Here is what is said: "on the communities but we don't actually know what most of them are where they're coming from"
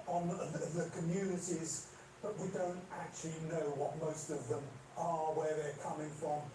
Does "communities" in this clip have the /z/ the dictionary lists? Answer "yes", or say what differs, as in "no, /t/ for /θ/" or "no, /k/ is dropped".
yes